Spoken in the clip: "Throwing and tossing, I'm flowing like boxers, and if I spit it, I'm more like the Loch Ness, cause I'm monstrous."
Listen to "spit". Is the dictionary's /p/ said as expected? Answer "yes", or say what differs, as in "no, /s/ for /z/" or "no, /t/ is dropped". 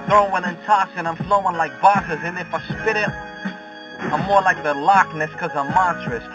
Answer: yes